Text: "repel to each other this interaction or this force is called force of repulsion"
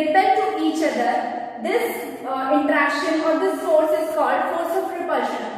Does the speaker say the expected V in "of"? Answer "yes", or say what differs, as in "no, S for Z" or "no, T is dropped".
no, P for V